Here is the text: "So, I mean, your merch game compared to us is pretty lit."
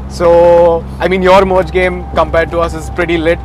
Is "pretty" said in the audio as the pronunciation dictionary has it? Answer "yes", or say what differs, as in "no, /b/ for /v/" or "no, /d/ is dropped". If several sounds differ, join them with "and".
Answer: yes